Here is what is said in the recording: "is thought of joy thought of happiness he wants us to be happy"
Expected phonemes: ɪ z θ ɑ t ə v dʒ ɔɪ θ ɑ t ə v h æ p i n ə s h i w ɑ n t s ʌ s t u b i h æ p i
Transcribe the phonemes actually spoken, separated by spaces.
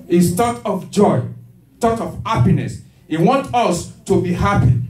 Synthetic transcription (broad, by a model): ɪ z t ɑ t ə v dʒ ɔɪ t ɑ t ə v h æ p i n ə s h i w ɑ n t ʌ s t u b i h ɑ p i